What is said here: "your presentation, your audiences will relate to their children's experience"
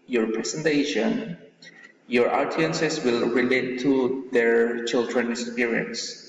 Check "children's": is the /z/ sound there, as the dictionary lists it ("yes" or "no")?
no